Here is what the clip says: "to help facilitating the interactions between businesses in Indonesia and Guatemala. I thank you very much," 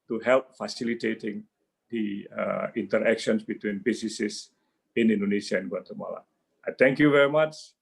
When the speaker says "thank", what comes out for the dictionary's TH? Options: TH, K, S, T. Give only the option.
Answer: T